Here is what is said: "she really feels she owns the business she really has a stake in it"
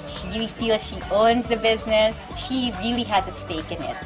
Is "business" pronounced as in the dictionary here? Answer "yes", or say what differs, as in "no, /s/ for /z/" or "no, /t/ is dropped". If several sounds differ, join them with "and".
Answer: yes